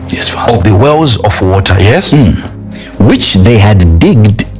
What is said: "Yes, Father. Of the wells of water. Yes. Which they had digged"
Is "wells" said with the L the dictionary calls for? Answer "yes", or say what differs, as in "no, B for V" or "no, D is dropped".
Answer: yes